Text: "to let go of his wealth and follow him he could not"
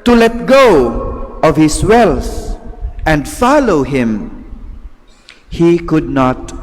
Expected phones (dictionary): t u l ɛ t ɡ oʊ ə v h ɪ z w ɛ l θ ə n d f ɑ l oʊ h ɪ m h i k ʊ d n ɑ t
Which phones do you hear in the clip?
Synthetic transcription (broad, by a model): t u l ɛ t ɡ oʊ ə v h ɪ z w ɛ l s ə n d f ɑ l oʊ h ɪ m h i k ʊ d n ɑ t